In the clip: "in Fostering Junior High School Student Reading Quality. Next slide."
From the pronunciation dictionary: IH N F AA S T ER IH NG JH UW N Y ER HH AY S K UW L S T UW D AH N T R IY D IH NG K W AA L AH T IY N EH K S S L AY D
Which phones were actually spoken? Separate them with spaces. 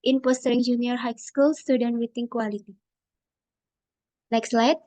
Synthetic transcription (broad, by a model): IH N P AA S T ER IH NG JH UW N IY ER HH AY S K UW L S T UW D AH N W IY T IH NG K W AA L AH T IY N EH K S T L AY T